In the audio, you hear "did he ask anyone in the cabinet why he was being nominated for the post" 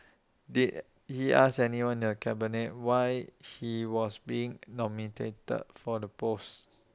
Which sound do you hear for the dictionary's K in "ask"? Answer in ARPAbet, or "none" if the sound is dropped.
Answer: none